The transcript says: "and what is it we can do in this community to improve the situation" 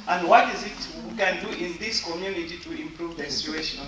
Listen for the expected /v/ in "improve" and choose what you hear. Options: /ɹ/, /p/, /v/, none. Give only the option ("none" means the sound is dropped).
/v/